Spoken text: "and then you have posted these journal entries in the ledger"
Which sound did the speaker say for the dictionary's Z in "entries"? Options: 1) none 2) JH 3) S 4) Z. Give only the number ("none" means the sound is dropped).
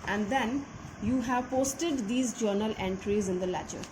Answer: 4